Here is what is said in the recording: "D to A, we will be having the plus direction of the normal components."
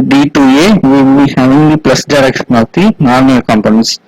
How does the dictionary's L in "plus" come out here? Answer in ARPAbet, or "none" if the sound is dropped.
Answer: L